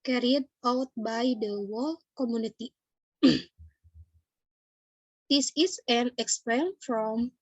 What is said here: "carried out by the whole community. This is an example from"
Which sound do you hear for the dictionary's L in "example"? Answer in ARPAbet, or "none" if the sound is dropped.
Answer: N